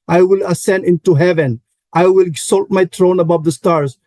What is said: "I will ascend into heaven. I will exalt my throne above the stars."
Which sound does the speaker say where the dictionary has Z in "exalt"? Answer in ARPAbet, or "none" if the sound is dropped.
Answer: S